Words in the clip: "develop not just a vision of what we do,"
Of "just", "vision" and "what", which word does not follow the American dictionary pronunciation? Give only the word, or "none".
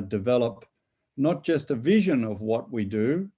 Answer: none